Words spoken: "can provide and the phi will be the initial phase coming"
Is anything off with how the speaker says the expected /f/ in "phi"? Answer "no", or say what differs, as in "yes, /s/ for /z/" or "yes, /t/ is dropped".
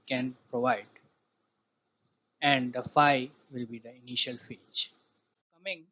no